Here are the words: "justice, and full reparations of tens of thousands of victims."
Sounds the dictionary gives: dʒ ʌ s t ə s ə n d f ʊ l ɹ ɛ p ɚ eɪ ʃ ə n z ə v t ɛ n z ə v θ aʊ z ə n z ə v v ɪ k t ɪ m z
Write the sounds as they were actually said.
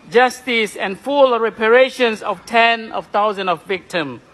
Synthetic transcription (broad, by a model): dʒ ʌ s t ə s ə n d f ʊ l ɹ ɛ p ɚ eɪ ʃ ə n s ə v t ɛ n ə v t aʊ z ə n ə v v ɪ k t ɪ m